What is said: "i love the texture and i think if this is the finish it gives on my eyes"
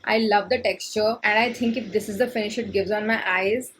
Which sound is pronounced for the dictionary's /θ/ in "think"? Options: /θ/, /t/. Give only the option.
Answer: /t/